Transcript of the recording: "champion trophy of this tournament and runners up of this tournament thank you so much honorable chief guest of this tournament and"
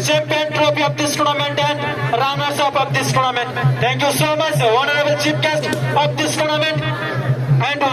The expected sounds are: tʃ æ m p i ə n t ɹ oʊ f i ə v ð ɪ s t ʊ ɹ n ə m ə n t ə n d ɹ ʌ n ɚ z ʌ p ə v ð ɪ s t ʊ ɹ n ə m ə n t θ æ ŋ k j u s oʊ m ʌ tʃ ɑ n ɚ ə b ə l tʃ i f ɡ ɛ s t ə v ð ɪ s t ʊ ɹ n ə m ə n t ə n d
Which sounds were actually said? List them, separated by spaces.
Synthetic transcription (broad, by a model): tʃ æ m p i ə n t ɹ oʊ p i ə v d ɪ s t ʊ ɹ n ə m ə n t ə n d ɹ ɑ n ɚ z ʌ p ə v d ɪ s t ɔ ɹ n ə m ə n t t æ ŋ k j u s oʊ m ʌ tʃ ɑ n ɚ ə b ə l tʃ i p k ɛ s t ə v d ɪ s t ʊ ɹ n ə m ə n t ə n d